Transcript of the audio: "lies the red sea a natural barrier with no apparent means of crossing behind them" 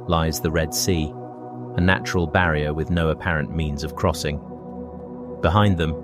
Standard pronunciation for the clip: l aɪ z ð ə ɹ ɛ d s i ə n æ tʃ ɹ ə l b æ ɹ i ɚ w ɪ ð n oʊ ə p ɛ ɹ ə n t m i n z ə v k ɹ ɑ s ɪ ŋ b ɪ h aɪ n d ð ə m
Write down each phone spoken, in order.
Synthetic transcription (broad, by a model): l aɪ z ð ə ɹ ɛ d s i ə n æ tʃ ɹ ə l b æ ɹ i ɚ w ɪ ð n oʊ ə p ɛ ɹ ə n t m i n z ə v k ɹ ɑ s ɪ ŋ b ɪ h aɪ n ð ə m